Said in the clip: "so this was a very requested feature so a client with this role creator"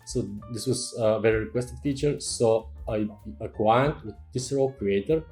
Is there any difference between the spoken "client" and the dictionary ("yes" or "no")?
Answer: yes